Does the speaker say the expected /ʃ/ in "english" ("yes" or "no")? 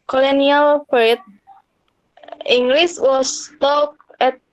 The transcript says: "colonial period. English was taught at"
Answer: no